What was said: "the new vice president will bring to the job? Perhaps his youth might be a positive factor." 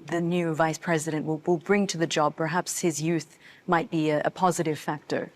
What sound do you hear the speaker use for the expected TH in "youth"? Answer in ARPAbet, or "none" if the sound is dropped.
TH